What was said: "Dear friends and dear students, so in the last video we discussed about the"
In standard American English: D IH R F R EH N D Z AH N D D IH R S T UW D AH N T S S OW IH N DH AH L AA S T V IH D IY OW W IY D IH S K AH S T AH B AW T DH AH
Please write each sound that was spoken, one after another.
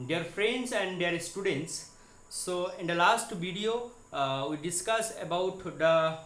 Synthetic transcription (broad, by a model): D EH R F R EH N D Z AH N D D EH R S T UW D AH N T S S OW IH N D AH L AA S T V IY D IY OW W IY D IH S K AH S AH B AW T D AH